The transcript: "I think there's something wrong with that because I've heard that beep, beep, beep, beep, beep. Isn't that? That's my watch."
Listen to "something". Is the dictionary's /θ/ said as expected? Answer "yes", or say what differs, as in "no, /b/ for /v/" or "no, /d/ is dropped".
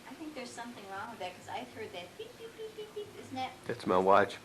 yes